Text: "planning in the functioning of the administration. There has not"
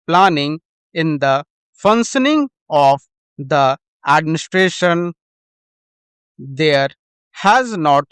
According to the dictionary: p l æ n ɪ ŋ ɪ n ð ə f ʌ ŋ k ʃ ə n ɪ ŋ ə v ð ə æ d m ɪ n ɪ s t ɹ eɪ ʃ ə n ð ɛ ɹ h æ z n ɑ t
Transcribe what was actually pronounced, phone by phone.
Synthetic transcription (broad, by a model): p l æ n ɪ ŋ ɪ n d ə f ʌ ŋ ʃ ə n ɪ ŋ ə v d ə æ d m ɪ n ɪ s t ɹ eɪ ʃ ə n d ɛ ɹ h æ z n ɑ t